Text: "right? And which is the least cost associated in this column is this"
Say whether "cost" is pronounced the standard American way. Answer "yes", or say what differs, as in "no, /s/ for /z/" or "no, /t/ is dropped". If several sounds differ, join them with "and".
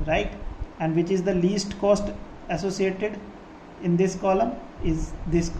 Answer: yes